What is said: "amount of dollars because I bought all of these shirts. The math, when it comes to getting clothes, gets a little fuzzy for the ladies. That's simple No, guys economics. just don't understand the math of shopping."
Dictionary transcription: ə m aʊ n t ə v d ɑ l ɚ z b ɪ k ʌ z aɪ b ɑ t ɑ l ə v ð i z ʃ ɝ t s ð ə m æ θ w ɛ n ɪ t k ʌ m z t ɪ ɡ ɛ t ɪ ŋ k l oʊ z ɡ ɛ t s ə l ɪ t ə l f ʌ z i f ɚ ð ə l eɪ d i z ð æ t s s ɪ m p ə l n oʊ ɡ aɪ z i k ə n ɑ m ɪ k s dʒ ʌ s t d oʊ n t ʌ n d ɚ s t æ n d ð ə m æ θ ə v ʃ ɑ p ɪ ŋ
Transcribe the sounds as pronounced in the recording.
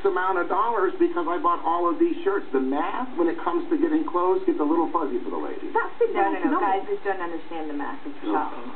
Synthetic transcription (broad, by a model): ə m aʊ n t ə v d ɑ l ɚ z b ɪ k ʌ z aɪ b ɑ t ɑ l ə v ð i z ʃ ɝ t s ð ə m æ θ w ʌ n ɪ t k ʌ m z t ɪ ɡ ɛ t ɪ ŋ k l oʊ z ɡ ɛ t ə l ɪ t l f ʌ z i f ɚ ð ə l eɪ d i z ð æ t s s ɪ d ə n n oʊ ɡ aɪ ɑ ɪ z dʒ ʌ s d oʊ n t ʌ n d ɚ s t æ n ð ə m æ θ ə v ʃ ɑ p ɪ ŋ